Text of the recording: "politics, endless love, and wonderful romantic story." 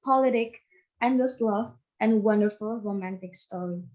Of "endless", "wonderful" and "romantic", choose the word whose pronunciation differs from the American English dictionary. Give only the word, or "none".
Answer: endless